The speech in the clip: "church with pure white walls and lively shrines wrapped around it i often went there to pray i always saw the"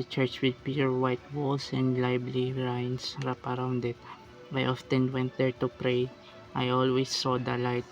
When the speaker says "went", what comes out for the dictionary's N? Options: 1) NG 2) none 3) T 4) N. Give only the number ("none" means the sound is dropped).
4